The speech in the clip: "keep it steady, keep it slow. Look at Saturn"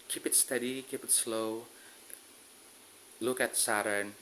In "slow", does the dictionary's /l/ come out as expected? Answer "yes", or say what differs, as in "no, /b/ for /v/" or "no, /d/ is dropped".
yes